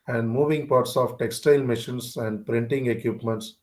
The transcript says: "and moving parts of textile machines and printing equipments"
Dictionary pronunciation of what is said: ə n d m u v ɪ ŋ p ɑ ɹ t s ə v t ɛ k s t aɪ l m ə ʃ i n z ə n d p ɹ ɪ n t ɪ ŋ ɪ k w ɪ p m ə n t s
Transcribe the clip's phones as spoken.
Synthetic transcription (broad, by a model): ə n d m u v ɪ ŋ p ɑ ɹ t s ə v t ɛ k s t aɪ l m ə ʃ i n s ə n d p ɹ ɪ n t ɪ ŋ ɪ k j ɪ p m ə n t s